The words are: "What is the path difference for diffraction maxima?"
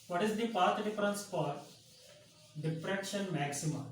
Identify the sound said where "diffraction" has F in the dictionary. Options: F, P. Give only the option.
P